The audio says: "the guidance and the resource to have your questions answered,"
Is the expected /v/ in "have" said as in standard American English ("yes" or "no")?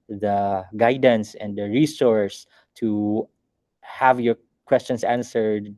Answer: yes